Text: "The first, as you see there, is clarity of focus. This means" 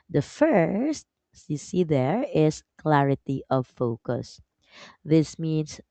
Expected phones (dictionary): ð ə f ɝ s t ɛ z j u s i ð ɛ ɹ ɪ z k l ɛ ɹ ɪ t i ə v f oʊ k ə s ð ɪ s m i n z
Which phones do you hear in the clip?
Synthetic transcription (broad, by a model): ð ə f ɝ s t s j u s i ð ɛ ɹ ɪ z k l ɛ ɹ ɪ t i ə v f oʊ k ə s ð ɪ s m i n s